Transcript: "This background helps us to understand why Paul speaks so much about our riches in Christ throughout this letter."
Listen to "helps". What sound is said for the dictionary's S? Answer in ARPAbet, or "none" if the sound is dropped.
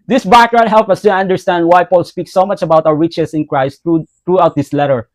none